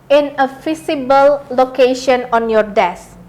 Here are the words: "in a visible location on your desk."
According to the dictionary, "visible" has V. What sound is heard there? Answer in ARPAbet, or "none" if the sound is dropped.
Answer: F